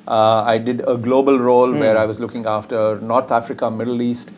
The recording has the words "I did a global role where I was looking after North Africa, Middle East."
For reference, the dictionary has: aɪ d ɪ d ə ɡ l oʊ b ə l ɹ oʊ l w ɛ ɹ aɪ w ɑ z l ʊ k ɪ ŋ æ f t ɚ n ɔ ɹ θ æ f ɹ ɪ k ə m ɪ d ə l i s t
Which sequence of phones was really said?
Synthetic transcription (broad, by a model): aɪ d ɪ d ə ɡ l oʊ b ə l ɹ oʊ l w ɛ ɹ aɪ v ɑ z l ʊ k ɪ ŋ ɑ f t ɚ n ɔ ɹ t æ f ɹ ɪ k ə m ɪ d ə l i s t